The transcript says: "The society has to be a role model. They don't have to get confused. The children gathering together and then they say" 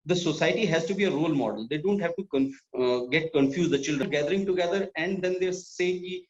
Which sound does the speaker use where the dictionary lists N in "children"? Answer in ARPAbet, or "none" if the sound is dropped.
L